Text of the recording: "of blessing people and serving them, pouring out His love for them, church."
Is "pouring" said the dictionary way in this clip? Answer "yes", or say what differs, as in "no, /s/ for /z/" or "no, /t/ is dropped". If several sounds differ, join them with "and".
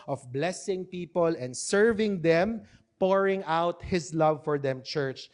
yes